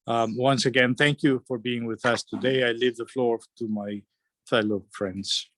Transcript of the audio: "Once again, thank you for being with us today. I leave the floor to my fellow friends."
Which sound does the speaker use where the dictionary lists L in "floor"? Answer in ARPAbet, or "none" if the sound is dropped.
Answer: L